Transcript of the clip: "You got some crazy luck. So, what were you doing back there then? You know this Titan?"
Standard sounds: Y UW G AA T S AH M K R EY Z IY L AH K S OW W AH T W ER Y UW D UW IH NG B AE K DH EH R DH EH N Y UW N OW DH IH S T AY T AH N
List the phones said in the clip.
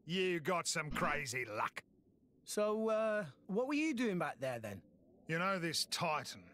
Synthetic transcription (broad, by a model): Y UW G AA T S AH M K R EY Z IY L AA K S OW W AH T W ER Y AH D UW IH NG B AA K DH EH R DH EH N Y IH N OW DH IH S T AY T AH N